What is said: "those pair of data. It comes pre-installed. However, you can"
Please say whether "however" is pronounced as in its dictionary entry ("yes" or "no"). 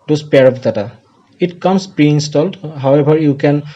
no